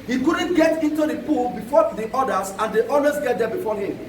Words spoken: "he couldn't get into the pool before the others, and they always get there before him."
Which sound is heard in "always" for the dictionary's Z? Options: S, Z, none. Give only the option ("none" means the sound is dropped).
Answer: S